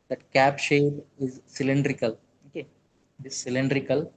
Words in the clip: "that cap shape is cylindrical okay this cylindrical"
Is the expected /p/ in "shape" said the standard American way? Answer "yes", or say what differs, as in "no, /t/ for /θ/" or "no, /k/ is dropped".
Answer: no, /b/ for /p/